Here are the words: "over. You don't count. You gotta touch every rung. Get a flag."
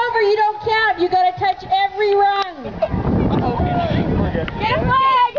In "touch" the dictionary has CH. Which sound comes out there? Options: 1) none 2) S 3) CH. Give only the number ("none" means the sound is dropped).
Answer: 3